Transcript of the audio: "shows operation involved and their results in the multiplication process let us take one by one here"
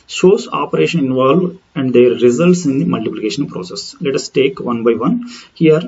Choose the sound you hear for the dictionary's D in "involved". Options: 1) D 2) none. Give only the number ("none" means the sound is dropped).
2